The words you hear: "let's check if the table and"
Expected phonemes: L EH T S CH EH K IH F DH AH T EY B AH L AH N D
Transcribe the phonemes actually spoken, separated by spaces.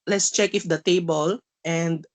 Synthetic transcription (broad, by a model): L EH T S CH EH K IH F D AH T EY B AH L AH N D